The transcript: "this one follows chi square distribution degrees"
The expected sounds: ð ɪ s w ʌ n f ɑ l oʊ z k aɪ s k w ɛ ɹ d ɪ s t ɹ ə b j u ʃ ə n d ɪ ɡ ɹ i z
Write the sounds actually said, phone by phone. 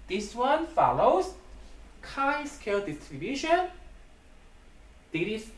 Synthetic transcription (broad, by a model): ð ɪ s w ʌ n f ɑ l oʊ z k aɪ s k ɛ l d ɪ s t ɹ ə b j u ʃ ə n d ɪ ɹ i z